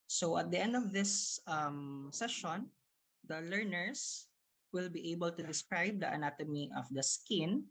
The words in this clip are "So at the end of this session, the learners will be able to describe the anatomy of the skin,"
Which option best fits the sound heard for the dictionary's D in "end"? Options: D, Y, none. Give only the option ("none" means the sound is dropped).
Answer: D